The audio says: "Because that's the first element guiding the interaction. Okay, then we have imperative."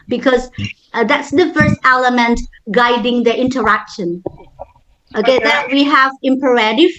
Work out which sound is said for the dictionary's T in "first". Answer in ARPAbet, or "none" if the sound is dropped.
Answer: T